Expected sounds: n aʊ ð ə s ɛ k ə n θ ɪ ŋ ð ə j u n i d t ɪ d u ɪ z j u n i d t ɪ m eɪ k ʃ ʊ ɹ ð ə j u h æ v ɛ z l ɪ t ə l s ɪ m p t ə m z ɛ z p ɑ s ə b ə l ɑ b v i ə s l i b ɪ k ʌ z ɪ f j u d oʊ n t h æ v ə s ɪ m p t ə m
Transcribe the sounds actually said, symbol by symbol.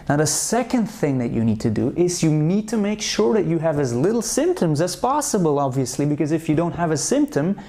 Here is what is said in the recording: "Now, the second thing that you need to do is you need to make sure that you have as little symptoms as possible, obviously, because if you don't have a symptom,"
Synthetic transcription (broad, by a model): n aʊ ð ə s ɛ k ə n θ ɪ ŋ ð ə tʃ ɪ n i d t ɪ d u ɪ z j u n i d t ɪ m eɪ k ʃ ʊ ɹ ð ə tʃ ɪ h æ v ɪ z l ɪ t l s ɪ m p t ə m z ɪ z p ɑ s ə b ə l ɑ b v i ə s l i b ɪ k ʌ z ɪ f j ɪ d oʊ n t h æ v ə s ɪ m p t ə m